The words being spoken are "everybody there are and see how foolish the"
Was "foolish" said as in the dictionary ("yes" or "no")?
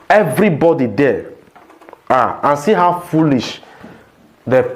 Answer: yes